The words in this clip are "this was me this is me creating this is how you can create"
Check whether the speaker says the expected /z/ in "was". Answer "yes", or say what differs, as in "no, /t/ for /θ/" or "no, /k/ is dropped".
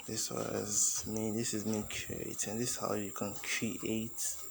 yes